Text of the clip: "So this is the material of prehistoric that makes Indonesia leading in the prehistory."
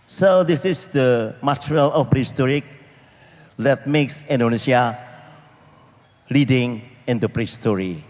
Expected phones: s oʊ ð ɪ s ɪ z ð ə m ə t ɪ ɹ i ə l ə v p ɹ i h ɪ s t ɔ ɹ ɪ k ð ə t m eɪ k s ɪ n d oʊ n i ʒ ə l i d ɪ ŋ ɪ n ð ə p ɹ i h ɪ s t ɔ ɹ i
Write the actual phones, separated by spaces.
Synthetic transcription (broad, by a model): s oʊ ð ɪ s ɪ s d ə m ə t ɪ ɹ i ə l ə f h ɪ s t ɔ ɹ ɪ k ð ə t m eɪ k s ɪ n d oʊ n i s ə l i d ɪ ŋ ɪ n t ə p ɹ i s t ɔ ɹ i